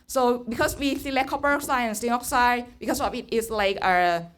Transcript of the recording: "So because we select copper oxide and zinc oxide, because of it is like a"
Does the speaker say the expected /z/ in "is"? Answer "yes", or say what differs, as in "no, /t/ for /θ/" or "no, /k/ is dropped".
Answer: no, /s/ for /z/